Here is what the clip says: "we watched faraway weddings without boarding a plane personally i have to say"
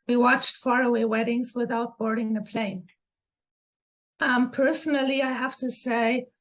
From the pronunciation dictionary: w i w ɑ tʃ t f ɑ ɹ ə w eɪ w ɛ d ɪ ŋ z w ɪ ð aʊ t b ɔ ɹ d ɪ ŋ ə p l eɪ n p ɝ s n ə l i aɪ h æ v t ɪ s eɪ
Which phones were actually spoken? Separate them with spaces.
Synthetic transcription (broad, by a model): w i w ɑ tʃ t f ɑ ɹ ə w eɪ w ɛ d ɪ ŋ z w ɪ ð aʊ t b ɔ ɹ d ɪ ŋ ə p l eɪ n p ɝ s n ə l i aɪ h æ f t ɪ s eɪ